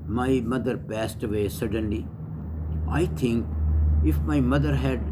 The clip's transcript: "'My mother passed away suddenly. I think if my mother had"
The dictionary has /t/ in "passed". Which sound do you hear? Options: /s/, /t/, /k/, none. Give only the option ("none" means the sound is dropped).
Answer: /t/